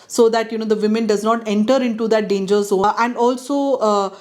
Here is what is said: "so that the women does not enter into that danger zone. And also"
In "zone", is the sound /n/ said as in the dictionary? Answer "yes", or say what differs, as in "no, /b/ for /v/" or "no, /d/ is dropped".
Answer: no, /n/ is dropped